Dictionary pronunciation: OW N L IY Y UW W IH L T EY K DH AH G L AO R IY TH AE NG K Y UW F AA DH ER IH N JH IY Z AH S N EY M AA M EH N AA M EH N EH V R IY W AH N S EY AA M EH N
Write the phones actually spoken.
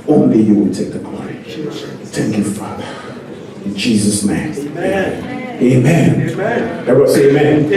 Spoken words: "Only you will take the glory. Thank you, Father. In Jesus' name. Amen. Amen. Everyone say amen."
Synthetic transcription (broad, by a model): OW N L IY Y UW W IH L T EY K DH AH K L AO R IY TH AE NG K Y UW F AA DH ER IH N JH IY Z AH S N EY AA M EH AA M EH N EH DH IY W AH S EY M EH N